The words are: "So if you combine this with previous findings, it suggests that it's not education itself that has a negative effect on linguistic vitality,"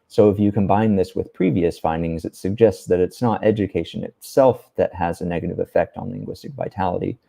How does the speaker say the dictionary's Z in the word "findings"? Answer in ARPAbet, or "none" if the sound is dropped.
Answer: Z